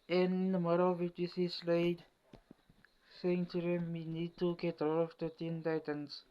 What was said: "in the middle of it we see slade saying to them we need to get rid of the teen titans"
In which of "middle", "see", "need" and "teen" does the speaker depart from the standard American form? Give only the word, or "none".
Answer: middle